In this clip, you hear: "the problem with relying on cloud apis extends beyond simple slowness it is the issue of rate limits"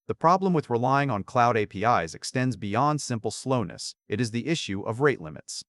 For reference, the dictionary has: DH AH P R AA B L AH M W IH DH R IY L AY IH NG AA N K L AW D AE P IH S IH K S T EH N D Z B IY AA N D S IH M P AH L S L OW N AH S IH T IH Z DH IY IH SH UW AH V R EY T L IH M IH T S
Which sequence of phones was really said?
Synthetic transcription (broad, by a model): DH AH P R AA B L AH M W IH DH R IY L AY IH NG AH N K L AW D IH P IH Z IH K S T EH N D Z B IY AA N D S IH M P L S L OW N AH S IH T IH Z DH IY IH SH UW AH V R EY T L IH M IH T S